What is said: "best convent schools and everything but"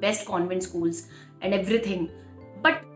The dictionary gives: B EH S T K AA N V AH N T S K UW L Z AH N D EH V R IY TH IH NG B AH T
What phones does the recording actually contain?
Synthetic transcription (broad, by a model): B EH S T K AA N V AH N T S K UW L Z AH N D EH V R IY T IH NG B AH T